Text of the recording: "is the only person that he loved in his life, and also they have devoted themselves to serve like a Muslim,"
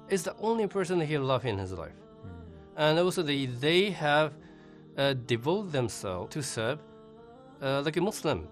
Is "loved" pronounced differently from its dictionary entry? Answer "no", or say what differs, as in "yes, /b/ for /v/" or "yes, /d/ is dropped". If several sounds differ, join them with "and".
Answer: yes, /d/ is dropped